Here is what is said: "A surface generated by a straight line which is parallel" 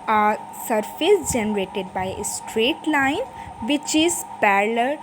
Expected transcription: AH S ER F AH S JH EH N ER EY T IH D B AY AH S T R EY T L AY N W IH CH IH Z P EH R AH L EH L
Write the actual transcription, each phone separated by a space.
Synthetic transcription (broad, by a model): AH S ER F AH S JH EH N ER EY T IH D B AY AH S T R EY T L AY N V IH CH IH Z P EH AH L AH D